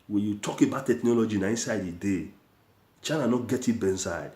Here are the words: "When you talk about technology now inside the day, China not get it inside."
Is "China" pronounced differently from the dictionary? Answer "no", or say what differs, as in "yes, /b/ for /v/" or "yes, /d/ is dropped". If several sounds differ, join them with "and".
no